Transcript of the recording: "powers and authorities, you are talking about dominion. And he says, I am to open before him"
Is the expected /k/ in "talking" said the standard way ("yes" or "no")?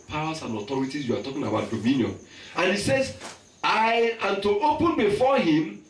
yes